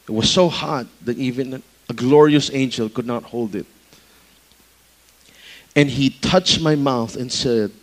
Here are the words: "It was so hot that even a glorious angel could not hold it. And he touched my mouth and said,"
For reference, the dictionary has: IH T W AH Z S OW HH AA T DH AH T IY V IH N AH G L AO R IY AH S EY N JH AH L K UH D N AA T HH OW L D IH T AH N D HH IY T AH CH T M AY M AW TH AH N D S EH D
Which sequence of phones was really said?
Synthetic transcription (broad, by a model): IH T W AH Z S OW HH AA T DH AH T IY V IH N AH G L AO R IY AH S EY N JH AH L K UH D N AA T HH OW L D IH T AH N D HH IY T AH CH T M AY M AW TH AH N S EH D